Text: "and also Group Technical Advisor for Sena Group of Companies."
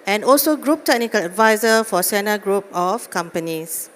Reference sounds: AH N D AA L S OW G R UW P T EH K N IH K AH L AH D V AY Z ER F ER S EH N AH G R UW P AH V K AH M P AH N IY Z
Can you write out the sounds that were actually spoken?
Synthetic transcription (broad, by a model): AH N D AA L S OW G R UW P T EH K N IH K AH L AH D V AY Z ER F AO S EH N AH G R UW P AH F K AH M P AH N IY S